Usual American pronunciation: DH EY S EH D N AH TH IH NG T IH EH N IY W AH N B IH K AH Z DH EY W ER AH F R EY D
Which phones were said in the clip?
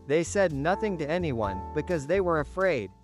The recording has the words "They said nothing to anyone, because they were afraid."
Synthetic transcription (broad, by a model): DH EY S EH D N AH TH IH NG T IH EH N IY W AH N B IH K AH Z DH EY W ER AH F R EY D